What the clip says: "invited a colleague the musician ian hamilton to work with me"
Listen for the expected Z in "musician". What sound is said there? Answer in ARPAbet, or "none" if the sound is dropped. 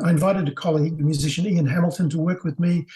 Z